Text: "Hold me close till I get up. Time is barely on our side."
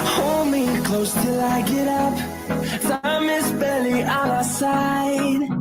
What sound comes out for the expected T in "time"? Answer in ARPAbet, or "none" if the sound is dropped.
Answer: S